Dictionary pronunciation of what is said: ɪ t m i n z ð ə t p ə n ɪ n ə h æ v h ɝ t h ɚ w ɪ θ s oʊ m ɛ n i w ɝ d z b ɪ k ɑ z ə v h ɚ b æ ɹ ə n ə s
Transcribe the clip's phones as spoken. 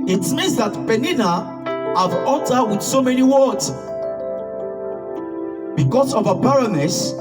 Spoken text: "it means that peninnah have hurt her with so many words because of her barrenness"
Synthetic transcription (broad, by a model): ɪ t m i n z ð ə t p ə n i n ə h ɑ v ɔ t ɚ w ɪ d s oʊ m ɛ n i w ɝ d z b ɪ k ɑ s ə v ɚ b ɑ ɹ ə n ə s